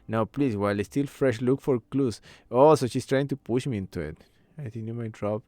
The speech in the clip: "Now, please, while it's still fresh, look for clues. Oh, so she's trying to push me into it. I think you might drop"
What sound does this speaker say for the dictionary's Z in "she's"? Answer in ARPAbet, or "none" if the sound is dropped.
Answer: S